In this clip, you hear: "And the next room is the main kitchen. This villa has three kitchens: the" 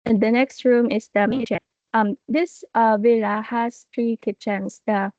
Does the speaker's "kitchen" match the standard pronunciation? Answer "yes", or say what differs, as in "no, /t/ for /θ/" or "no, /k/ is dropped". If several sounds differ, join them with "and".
no, /tʃ/ is dropped